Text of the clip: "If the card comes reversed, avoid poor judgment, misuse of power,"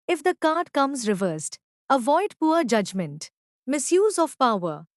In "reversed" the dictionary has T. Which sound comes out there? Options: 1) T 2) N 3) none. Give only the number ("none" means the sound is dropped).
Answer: 1